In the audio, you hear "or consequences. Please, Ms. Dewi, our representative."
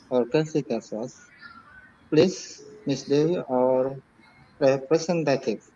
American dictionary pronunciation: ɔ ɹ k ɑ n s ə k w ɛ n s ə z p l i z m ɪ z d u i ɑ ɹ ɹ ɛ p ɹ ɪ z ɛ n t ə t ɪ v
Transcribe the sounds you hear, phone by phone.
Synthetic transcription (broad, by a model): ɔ ɹ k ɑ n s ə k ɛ s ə s p l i s m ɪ s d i ɑ ɹ ɹ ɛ p ɹ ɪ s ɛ n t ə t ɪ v